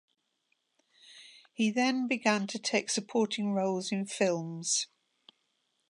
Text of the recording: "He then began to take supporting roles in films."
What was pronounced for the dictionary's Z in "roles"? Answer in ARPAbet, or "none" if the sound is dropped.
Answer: Z